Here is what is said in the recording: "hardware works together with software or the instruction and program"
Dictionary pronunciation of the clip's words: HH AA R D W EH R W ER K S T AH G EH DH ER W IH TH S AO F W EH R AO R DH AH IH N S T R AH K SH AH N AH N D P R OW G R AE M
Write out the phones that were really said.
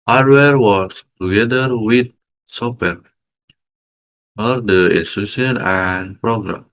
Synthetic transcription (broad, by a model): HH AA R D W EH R W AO S T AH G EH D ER W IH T S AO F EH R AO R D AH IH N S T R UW SH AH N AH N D P R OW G R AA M